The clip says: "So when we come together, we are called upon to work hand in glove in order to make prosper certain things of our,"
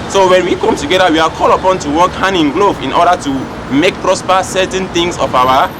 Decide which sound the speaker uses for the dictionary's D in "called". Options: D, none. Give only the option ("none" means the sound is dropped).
none